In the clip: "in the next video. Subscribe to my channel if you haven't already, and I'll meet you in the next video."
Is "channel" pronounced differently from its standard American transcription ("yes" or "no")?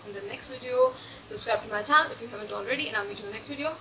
yes